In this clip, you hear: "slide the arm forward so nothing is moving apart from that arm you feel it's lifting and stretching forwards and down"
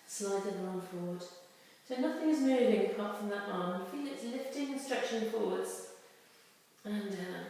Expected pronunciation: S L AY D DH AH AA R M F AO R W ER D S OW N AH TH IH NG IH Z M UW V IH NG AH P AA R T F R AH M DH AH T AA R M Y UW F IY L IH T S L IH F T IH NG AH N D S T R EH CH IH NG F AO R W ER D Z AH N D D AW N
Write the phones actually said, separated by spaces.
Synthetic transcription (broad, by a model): S L AY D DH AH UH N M F AO R W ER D S OW N AH TH IH NG IH Z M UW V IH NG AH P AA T F R AH M DH AH T AA R M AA F IY L IH T S L IH F T IH NG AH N S T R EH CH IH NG F AO R W ER D Z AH N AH